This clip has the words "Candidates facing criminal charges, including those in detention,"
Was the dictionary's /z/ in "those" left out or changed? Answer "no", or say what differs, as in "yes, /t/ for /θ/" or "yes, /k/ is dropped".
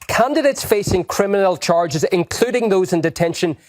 no